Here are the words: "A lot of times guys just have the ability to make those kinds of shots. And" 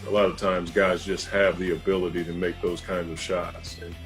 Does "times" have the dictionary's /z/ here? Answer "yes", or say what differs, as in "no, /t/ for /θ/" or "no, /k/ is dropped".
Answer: yes